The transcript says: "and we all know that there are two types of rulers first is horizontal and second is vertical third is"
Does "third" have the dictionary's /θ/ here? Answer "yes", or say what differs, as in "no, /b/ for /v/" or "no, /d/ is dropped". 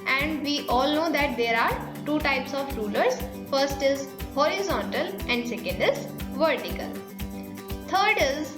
no, /t/ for /θ/